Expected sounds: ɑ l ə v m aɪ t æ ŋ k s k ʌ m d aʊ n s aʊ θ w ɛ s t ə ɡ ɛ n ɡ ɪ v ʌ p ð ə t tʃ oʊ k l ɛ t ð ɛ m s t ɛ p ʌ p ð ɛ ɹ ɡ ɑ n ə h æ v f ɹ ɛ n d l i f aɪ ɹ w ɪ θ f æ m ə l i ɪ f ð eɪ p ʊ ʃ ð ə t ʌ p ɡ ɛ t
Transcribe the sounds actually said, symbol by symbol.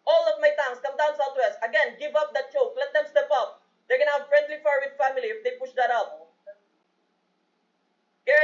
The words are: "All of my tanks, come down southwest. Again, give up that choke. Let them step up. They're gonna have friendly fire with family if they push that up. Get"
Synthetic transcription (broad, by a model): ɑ l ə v m aɪ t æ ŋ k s k ʌ m d aʊ n s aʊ t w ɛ s t ə ɡ ɛ n ɡ ɪ v ʌ p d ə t tʃ oʊ k l ɛ t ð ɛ m s t ɛ p ʌ p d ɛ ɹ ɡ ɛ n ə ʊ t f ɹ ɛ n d l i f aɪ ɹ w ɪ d f æ m ə l i ɪ f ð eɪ p ʊ ʃ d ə t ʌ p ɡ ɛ